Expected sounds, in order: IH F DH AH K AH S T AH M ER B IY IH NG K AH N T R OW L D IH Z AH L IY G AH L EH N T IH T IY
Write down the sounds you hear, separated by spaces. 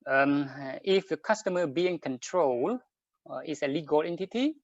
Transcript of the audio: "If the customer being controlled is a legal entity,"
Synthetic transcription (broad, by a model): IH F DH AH K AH S T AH M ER B IY IH NG K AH N T R OW L IH S AH L IY G AH L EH N T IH T IY